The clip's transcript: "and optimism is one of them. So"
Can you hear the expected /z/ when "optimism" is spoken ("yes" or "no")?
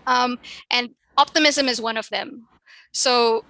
yes